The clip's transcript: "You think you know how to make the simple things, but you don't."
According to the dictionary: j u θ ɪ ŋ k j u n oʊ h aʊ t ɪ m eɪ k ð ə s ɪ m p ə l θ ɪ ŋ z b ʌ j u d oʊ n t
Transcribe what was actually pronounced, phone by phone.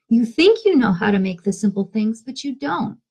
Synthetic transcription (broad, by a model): j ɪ θ ɪ ŋ k j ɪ n oʊ h aʊ t ɪ m eɪ k ð ə s ɪ m p l θ ɪ ŋ z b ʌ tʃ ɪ d oʊ n t